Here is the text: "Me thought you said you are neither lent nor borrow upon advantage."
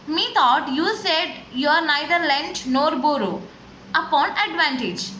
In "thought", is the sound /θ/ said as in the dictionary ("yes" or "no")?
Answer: no